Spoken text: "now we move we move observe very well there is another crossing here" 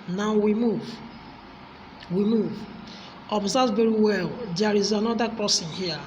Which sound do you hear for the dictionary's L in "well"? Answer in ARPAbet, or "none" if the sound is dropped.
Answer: L